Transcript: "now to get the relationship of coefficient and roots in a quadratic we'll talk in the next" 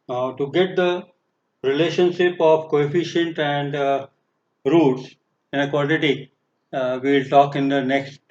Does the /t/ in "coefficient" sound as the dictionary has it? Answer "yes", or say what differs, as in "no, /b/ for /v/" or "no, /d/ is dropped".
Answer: yes